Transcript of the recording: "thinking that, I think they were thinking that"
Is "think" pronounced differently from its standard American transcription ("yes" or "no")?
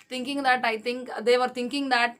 yes